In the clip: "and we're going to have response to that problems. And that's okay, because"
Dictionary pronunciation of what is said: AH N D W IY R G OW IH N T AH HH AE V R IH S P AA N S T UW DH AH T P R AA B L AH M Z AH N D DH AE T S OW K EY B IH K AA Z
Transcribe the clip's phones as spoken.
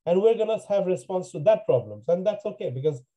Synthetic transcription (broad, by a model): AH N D W IY R G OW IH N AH HH AE V R IH S P AA N S T UW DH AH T P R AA B L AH M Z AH N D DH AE T S OW K EY B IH K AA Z